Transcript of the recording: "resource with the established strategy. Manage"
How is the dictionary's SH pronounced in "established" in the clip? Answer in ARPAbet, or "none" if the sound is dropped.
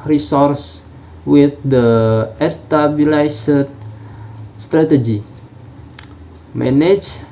S